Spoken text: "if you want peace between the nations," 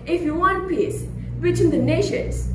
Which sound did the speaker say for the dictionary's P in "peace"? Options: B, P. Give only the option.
P